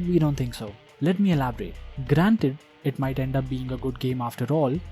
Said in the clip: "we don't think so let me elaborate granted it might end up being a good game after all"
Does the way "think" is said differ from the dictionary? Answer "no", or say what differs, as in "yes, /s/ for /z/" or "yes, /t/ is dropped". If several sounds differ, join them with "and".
yes, /t/ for /θ/